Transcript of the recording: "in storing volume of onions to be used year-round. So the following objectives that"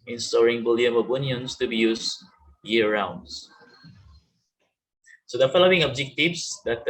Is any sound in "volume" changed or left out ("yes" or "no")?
yes